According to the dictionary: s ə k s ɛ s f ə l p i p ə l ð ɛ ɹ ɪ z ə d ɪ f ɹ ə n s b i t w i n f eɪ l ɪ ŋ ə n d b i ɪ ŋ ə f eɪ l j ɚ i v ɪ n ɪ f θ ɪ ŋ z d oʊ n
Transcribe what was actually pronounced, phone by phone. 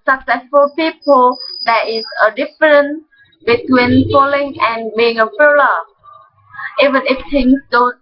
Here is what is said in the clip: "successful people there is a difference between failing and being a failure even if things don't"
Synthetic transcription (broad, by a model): s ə k s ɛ s f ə l p i p ə l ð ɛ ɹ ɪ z ə d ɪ f ɹ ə n b i t w i n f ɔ l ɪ ŋ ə n b i ɪ ŋ ə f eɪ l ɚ i v ɪ n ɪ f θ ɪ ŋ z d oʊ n